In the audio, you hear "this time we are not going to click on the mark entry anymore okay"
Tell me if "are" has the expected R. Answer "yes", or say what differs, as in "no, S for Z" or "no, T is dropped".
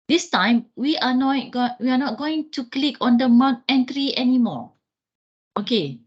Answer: no, W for R